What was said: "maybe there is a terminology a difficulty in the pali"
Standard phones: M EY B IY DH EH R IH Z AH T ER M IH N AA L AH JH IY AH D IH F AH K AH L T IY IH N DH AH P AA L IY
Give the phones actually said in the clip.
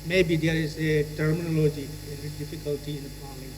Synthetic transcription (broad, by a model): M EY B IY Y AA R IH S AH T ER M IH N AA L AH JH IY AH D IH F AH K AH L T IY IH N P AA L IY